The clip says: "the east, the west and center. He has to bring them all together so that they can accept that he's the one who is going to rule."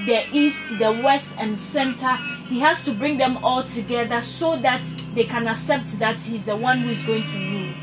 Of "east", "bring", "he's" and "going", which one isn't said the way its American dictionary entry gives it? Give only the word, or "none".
none